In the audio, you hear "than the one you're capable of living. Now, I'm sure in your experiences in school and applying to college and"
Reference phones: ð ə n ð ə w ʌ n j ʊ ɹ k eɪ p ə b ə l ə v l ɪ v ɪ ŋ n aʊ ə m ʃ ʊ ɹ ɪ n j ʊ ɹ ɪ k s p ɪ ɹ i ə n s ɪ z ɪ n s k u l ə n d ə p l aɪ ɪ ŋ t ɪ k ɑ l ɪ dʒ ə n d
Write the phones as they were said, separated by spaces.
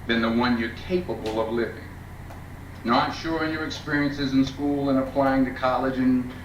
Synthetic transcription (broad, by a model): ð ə n ð ə w ʌ n j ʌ ɹ k eɪ p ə b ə l ə v l ɪ v ɪ ŋ n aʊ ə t ʃ ʊ ɹ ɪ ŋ j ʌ ɹ ɪ k s p ɪ ɹ i ə n s ɪ z ɪ n s k u l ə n ə p l aɪ ɪ ŋ t ɪ k ɑ l ɪ dʒ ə n